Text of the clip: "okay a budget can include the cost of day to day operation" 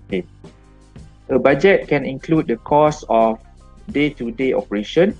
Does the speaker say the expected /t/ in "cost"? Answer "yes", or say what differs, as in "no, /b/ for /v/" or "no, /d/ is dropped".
no, /t/ is dropped